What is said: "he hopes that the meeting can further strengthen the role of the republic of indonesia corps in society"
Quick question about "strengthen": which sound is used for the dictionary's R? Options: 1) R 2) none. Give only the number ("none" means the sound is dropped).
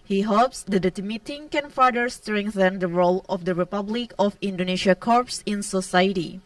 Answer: 1